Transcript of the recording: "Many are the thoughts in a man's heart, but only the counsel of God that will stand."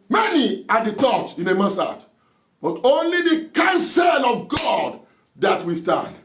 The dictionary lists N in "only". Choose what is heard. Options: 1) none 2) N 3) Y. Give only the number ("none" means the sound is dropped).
2